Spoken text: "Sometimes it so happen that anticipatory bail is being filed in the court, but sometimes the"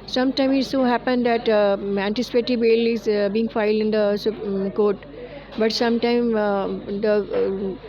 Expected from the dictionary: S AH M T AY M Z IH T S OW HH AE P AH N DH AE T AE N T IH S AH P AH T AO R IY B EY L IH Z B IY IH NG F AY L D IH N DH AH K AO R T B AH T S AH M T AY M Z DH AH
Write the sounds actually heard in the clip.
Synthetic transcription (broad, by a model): S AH M T AY M IH T S OW HH AE P AH N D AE T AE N T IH S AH P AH T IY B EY L IH Z B IY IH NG F AY L D IH N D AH K AO R T B AH T S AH M T AY M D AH